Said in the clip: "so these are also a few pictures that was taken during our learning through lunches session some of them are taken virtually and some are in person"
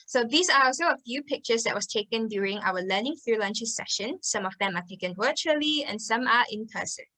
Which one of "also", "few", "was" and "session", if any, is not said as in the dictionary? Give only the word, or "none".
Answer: was